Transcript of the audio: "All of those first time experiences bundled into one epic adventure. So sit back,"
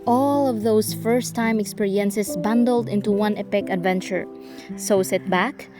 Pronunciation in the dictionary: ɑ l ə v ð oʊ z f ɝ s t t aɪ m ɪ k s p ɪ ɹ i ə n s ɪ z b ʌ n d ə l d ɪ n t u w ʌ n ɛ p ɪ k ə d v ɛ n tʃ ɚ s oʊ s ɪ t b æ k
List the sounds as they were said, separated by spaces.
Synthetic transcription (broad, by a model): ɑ l ə v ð oʊ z f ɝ s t t aɪ m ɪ k s p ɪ ɹ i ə n s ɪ s b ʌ n d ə l d ɪ n t u w ʌ n ɛ p ɪ k ə d v ɛ n tʃ ɚ s oʊ s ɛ t b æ k